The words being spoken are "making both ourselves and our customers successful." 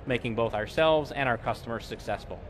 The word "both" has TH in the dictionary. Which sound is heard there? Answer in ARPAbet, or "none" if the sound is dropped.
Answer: TH